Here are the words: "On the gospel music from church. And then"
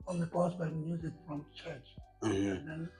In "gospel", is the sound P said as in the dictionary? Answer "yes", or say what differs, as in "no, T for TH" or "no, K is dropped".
no, B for P